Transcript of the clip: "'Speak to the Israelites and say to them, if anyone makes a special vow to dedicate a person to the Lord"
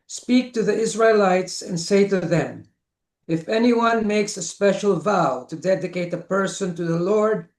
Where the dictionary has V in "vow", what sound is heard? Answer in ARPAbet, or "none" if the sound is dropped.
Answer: V